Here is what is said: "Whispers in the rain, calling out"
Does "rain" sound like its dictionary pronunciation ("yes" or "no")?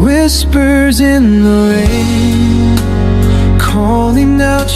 no